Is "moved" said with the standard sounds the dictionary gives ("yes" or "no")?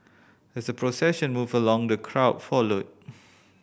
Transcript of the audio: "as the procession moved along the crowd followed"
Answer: no